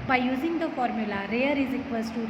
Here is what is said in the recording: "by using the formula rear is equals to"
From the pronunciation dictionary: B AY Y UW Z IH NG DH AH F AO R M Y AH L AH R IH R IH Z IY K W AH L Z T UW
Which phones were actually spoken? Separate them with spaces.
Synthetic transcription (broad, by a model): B AY Y UW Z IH NG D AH F AO R M Y AH L AH R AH R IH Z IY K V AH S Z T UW